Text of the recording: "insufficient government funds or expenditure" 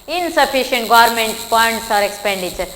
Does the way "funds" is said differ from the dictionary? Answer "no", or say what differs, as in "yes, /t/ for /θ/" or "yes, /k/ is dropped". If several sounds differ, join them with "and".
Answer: yes, /p/ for /f/